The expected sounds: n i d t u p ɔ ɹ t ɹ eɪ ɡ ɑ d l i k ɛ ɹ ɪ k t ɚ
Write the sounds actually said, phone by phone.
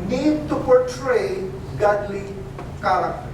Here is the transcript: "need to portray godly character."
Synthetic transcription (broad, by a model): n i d t u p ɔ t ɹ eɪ ɡ ɑ d l i k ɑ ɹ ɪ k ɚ